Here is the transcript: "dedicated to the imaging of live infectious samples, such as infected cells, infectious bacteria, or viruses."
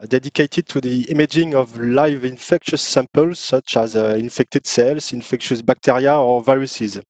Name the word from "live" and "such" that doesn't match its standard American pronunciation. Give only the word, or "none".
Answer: none